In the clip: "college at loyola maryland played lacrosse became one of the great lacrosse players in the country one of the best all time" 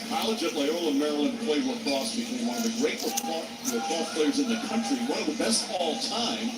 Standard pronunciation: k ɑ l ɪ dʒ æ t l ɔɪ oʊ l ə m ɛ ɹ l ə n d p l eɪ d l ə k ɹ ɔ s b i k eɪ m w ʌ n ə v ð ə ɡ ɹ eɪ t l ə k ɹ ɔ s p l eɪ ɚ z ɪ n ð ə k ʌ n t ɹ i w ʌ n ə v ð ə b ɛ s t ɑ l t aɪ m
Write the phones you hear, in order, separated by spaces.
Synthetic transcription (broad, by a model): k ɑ l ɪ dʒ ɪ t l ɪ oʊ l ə m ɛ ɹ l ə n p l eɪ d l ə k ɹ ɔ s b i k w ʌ ə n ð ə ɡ ɹ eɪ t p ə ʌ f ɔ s p l eɪ ɚ z ɪ n ð ə k ʌ n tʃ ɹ i w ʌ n ə v ð ə b ɛ s t ɑ l t aɪ m